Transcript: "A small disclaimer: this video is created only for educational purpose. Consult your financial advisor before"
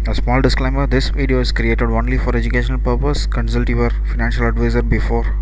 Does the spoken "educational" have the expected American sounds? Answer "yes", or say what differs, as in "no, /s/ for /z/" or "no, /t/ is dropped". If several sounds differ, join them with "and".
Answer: yes